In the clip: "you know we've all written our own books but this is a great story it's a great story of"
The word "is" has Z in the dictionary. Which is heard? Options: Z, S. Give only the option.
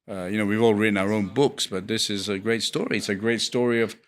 Z